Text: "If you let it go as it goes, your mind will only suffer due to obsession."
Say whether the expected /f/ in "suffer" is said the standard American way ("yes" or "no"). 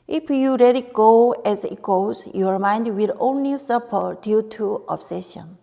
no